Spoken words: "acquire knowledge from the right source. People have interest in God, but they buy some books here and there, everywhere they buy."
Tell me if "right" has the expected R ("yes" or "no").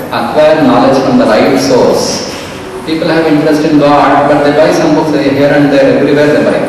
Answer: no